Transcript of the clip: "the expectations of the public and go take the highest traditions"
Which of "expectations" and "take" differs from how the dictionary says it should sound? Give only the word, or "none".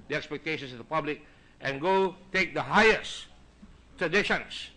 expectations